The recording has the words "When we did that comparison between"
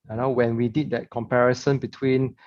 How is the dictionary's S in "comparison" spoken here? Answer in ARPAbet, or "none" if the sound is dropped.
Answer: S